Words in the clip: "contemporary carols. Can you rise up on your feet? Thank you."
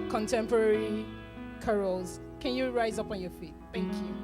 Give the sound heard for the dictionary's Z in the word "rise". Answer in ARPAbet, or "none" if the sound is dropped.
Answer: Z